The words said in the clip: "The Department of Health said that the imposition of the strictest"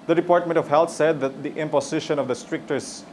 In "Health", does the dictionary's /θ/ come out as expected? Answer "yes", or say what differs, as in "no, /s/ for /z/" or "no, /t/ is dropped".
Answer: no, /t/ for /θ/